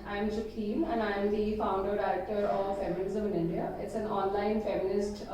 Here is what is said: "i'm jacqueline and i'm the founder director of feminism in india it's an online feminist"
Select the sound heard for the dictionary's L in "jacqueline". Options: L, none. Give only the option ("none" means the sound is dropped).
none